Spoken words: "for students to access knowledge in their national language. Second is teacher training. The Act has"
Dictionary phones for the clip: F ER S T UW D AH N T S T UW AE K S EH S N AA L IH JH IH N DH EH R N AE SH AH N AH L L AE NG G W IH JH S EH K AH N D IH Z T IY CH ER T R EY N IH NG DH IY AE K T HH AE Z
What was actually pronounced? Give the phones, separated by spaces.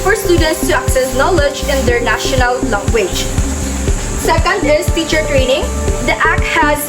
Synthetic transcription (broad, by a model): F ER S T UW D AH N T S T UW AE K S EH S N AA L IH JH IH N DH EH R N AE SH AH N AH L L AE NG G W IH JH S EH K AH N D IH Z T IY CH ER T R EY N IH NG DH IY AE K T HH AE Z